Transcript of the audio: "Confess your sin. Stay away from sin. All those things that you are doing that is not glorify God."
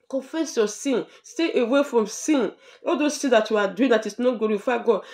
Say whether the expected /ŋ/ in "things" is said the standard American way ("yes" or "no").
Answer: no